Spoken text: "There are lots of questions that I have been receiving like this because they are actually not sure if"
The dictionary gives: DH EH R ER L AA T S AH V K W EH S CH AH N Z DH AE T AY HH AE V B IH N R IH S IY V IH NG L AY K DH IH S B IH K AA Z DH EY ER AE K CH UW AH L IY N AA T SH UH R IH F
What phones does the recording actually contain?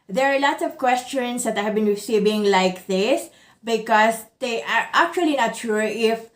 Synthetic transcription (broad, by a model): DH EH R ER L AA T S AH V K W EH S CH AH N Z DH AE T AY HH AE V B IH N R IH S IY B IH NG L AY K DH IH S B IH K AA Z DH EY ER AE K CH UW AH L IY N AA T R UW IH F